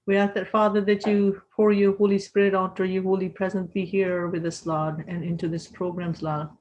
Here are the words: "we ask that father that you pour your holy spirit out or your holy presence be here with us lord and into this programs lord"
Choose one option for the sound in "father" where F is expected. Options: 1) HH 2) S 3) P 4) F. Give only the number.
4